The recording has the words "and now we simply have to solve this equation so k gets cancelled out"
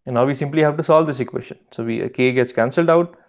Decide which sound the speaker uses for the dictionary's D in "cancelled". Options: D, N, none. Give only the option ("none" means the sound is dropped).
D